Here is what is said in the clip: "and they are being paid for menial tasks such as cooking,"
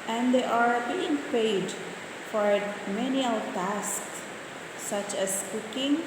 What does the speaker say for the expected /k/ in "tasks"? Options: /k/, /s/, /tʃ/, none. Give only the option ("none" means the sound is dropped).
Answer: /k/